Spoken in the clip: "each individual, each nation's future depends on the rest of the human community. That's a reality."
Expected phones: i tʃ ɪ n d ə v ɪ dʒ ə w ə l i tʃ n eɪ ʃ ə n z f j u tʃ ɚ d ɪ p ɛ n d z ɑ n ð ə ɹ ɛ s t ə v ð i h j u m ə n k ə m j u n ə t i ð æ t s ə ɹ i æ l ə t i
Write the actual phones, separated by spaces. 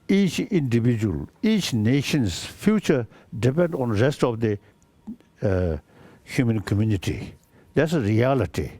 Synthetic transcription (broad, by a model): i tʃ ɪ n d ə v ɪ dʒ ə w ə l i tʃ n eɪ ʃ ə n s f j u tʃ ɚ d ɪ p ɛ n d ɑ n ɹ ɛ s t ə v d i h j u m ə n k ə m j u n ə t i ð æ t s ə ɹ i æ l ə t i